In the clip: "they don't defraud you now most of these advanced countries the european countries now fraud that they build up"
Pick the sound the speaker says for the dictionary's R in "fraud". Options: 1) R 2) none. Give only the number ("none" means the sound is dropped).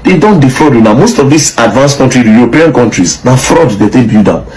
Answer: 1